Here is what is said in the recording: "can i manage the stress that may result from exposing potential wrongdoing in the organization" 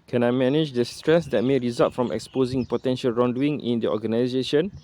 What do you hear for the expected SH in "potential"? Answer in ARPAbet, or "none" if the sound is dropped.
SH